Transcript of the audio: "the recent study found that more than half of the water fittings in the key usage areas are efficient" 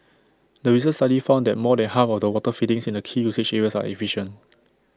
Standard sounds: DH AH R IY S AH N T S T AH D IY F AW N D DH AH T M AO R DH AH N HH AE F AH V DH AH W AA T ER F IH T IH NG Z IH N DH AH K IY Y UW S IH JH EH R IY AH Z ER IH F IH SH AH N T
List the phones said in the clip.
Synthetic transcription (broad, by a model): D AH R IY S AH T S T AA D IY F AW N D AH T M AO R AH N HH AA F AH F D AH W AA T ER F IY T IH NG S IH N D AH K IY Y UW S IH CH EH R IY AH S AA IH F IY SH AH N T